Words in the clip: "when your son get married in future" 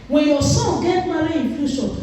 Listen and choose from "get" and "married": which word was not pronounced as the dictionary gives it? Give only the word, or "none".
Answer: married